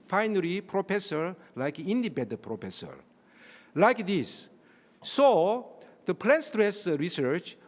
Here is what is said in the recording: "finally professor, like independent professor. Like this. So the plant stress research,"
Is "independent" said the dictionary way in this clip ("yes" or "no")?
no